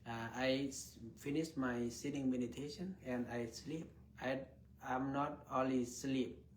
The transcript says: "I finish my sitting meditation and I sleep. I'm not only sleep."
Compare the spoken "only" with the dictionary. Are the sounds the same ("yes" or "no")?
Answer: no